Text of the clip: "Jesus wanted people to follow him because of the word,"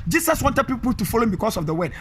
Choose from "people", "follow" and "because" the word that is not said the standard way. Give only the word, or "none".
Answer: because